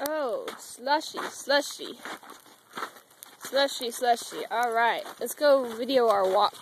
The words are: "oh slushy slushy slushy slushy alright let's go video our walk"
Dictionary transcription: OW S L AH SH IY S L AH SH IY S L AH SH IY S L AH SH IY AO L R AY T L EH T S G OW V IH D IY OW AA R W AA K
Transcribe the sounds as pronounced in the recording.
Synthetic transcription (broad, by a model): OW S L AH SH IY S L AH SH IY S L AH SH IY S L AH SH IY AO L R AY T L EH T S G OW V IH D IY OW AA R W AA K